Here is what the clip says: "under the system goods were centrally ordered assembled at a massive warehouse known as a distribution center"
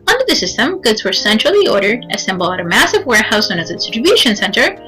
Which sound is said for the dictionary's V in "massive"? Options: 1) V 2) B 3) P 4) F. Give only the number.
1